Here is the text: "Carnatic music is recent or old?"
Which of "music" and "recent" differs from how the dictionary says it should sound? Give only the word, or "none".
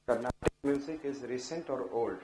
none